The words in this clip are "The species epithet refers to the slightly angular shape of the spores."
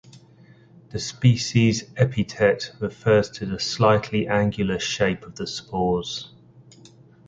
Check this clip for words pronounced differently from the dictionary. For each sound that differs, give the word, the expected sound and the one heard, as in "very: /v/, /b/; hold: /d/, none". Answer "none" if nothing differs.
epithet: /θ/, /t/